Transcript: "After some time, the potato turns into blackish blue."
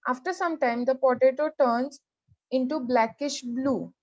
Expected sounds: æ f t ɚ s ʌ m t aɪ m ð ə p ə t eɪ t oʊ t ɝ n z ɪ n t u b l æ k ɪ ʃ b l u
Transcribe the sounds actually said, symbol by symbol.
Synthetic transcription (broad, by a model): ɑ f t ɚ s ʌ m t aɪ m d ə p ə t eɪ t oʊ t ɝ n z ɪ n t u b l æ k ɪ ʃ b l u